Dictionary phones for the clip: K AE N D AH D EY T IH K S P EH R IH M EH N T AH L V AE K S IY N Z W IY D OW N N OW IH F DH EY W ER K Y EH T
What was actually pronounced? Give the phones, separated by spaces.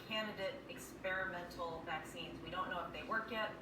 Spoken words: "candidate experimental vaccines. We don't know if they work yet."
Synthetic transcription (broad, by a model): K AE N D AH D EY T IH K S P EH R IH M EH N T L V AE K S IY N Z W IY D OW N N OW IH F DH EY W ER K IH T